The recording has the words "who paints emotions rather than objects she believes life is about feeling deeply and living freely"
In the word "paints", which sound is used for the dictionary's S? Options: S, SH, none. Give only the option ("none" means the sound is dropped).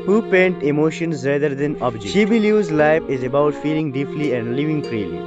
none